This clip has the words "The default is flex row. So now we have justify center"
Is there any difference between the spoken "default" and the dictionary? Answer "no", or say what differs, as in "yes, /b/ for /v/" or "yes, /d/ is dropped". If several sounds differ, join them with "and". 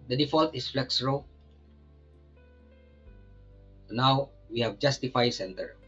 no